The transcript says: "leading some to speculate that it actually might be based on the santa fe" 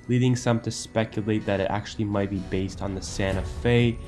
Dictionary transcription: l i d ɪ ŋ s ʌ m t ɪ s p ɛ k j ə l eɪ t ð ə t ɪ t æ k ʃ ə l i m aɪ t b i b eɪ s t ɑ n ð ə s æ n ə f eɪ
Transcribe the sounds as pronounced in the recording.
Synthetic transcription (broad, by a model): l i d ɪ ŋ s ʌ m t ɪ s p ɛ k j ə l eɪ t ð ə t ɪ t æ k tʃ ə l i m aɪ t b i b eɪ s t n ð ə s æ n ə f eɪ